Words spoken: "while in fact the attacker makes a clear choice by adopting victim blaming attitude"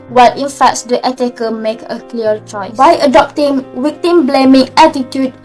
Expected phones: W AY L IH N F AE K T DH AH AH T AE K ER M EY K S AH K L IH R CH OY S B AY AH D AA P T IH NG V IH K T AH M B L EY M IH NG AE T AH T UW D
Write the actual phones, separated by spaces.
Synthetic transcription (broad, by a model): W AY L IH N F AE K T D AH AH T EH K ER M EY K AH K L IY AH CH OY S B AY AH D AA P T IH NG W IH K T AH M B L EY M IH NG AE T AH T UW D